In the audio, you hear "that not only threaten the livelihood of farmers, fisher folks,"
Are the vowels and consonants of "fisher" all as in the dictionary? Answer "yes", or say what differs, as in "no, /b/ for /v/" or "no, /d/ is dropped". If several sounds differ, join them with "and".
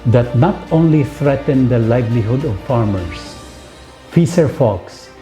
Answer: no, /s/ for /ʃ/